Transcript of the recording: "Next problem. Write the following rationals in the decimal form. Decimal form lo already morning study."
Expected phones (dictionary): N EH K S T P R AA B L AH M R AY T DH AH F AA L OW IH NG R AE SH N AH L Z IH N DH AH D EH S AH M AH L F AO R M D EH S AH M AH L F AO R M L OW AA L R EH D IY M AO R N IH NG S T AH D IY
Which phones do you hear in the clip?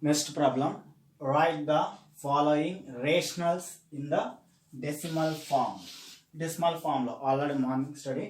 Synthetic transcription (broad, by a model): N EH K S T P R AA B L AH M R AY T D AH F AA L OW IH NG R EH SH N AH L S IH N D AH D EH S AH M AH L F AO R M D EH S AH M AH L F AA R M L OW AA L AH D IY M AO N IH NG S T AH D IY